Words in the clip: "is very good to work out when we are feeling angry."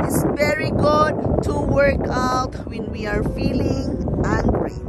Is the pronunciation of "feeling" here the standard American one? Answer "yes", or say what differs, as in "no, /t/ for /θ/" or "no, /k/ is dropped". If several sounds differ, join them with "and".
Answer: yes